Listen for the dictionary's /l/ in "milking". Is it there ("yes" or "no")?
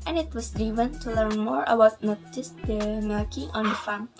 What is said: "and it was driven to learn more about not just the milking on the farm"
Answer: no